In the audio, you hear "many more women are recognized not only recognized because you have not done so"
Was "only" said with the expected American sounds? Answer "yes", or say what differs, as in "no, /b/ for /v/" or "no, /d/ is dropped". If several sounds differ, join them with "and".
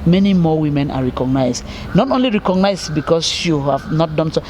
yes